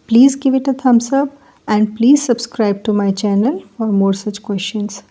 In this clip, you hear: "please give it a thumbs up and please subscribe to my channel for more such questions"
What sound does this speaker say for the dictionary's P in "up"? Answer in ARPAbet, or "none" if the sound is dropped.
B